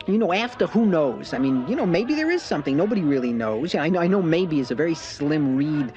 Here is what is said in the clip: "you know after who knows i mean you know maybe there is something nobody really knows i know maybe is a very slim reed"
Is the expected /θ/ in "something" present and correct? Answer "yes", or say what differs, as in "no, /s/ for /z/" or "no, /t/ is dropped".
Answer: yes